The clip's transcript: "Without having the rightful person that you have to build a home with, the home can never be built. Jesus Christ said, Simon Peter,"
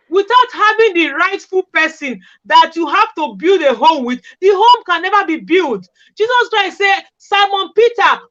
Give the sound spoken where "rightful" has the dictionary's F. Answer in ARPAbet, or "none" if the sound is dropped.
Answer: F